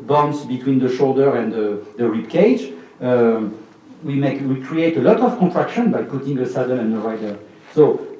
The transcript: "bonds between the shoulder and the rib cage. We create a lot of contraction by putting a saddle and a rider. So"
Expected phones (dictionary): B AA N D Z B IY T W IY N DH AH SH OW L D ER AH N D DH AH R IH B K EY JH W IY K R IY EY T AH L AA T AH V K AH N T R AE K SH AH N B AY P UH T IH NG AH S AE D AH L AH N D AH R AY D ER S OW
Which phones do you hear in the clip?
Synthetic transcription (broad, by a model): B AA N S B IY T W IY N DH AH SH OW L D ER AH N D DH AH R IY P K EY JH W IY K R IY EY T AH L AA T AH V K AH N T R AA K SH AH N B AY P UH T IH NG AH S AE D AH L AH N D AH R AY D ER S OW